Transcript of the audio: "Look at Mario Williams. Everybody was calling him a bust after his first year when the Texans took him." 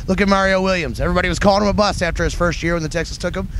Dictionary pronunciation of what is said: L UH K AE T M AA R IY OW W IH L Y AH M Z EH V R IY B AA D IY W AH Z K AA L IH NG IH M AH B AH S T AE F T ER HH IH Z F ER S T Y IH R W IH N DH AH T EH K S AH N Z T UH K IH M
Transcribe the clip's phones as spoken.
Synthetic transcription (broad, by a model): L UH K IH T M AA R IY OW W IH L Y AH M Z EH V R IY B AA D IY W AH Z K AA L IH NG IH M AH B AH S AE F T ER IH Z F ER S T Y IH R W IH N DH AH T EH K S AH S T UH K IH M